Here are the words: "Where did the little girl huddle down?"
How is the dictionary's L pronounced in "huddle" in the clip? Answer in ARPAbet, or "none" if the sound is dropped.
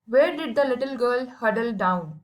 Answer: L